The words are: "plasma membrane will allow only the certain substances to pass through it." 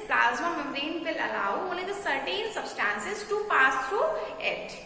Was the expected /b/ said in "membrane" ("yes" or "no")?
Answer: no